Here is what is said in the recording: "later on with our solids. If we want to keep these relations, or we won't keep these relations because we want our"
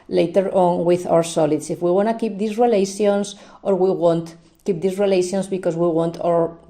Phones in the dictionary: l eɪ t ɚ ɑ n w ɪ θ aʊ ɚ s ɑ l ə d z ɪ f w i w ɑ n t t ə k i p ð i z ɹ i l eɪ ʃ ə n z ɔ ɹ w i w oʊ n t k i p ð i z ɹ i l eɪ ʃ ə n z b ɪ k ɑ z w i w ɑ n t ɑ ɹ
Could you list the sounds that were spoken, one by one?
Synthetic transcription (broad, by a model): l eɪ t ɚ ɑ n w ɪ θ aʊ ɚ s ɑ l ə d s ɪ f w i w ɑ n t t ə k i p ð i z ɹ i l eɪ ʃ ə n s ɔ ɹ w i w oʊ n t k i p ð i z ɹ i l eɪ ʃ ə n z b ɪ k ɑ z w i w ɑ n t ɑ ɹ